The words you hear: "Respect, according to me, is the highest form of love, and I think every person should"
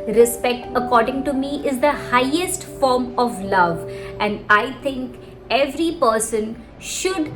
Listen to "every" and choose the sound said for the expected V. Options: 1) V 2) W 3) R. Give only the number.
1